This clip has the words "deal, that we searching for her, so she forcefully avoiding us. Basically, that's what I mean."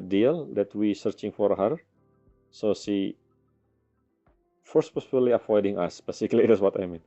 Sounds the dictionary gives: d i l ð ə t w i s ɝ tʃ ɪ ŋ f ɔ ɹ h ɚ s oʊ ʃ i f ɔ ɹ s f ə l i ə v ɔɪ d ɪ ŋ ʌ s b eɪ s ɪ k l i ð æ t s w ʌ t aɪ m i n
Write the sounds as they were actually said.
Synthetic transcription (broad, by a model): d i l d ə t w i s ɝ tʃ ɪ ŋ f ɔ ɹ h ɚ s oʊ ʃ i f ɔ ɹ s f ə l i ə f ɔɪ d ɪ ŋ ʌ s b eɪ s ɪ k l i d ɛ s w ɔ t aɪ m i n